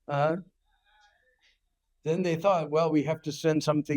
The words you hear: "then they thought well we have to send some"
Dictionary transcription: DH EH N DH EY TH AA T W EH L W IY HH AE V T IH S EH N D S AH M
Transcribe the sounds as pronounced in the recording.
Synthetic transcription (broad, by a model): DH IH N DH EY TH AA T W EH L W IY HH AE F T IH S EH N D S AH M